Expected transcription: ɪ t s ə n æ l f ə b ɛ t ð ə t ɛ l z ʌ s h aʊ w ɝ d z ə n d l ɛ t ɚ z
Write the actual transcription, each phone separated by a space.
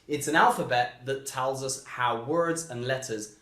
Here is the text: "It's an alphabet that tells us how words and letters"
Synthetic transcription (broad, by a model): ɪ t s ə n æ l f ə b ɛ t ð ə t ɛ l z ʌ s h aʊ w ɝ d z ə n l ɛ t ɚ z